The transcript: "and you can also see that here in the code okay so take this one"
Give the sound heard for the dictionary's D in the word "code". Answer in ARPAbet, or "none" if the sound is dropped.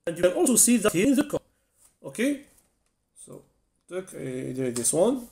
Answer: none